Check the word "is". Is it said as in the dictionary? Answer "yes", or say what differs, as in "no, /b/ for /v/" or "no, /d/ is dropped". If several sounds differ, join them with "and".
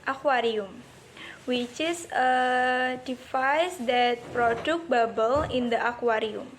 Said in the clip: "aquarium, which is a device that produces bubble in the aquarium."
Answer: no, /s/ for /z/